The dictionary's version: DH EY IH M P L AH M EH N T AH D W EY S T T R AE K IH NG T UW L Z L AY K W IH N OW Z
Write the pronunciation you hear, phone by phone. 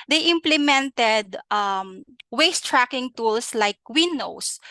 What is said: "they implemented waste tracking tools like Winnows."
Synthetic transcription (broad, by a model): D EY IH M P L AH M EH N T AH D W EY S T T R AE K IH NG T UW L S L AY K W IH N OW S